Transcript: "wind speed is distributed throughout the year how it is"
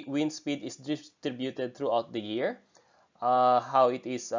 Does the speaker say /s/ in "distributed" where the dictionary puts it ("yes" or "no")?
no